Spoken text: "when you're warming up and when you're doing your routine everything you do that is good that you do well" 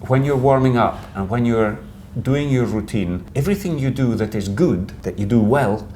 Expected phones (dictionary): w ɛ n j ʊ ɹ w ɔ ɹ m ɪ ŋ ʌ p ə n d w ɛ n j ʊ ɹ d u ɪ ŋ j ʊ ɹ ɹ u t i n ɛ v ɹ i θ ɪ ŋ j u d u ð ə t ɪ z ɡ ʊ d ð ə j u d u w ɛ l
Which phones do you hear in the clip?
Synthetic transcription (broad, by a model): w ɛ n j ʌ ɹ w ɔ ɹ m ɪ ŋ ʌ p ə n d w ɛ n j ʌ ɹ d u ɪ ŋ j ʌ ɹ ɹ u t i n ɛ v ɹ i θ ɪ ŋ j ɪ d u ð ə t ɪ z ɡ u d ð ə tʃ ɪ d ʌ w ɛ l